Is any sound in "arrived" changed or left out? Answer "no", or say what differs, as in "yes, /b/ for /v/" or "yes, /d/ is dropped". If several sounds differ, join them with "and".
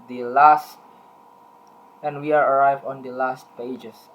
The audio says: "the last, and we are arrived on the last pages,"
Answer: yes, /d/ is dropped